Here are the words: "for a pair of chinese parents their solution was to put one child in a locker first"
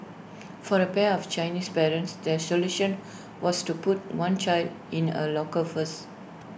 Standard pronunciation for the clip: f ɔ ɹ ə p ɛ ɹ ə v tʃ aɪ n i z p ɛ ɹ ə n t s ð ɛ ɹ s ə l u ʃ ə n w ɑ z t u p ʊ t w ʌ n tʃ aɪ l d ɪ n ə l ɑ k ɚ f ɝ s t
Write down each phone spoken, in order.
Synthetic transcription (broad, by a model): f ɔ ɹ ə p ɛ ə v tʃ aɪ n i s p ɛ ɹ ə n t s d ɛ s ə l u ʃ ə n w ɑ s t u p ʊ t w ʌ n tʃ aɪ l d ɪ n ə l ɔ k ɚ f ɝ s